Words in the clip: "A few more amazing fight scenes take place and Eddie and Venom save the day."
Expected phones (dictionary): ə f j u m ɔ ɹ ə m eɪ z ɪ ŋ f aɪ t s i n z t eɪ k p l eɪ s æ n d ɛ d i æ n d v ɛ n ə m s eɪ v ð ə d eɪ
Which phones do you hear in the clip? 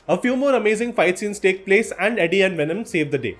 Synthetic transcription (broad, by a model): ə f j u m ɔ ɹ ə m eɪ z ɪ ŋ f aɪ t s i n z t eɪ k p l eɪ s æ n d ɛ d i æ n d v ɛ n ə m s eɪ v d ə d eɪ